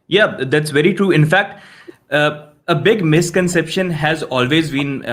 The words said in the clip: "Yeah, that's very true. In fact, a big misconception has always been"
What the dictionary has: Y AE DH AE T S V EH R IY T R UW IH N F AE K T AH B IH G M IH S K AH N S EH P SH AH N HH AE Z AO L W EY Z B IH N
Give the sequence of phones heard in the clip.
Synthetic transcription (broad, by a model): Y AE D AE T S V EH R IY T R UW IH N F AE K T AH B IH G M IH S K AH N S EH P SH AH N HH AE Z AO L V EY Z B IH N